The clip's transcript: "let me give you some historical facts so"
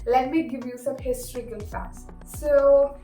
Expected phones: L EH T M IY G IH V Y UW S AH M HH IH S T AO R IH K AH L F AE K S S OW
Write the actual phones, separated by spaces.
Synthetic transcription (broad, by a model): L EH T M IY G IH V Y UW S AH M HH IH S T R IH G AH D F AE S S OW